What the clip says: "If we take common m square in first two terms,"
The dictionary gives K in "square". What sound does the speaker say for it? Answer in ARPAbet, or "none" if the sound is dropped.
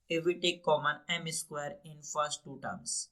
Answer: K